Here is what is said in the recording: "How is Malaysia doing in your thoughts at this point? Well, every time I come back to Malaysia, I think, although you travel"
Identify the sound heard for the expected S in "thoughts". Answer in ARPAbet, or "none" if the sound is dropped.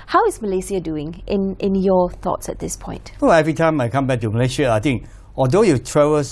S